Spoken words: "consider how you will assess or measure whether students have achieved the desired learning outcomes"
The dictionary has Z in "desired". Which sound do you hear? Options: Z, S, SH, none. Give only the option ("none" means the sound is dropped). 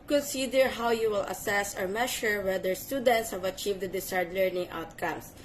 S